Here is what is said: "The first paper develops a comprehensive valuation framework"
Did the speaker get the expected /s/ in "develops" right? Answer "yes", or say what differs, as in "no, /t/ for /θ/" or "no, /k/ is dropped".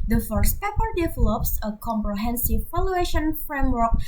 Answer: yes